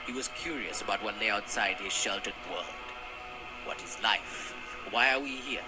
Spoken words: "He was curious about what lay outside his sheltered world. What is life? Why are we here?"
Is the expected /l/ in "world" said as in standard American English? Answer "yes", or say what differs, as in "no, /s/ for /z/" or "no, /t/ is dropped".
yes